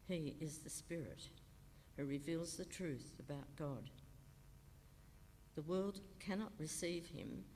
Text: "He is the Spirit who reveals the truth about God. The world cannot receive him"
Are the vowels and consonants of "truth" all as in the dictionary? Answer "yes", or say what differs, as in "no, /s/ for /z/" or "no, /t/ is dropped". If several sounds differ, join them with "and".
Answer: yes